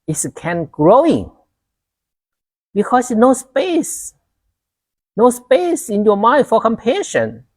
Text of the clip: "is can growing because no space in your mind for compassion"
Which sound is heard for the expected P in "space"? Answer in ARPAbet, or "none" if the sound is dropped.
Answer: P